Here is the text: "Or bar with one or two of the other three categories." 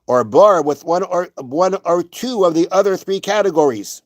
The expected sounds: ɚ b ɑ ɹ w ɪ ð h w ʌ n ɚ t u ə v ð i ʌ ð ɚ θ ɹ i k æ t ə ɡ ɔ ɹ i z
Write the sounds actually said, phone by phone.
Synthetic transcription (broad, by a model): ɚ b ɑ ɹ w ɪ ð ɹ w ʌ n ɚ t u ə v ð i ʌ ð ɚ θ ɹ i k æ t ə ɡ ɔ ɹ i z